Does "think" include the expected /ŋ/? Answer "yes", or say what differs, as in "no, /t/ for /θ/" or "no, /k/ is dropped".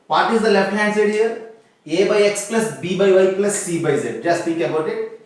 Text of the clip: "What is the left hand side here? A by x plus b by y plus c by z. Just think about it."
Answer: no, /ŋ/ is dropped